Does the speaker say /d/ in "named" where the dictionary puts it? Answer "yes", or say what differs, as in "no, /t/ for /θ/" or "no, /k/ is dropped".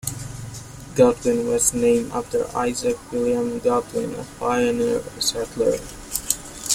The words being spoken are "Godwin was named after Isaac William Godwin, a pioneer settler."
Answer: no, /d/ is dropped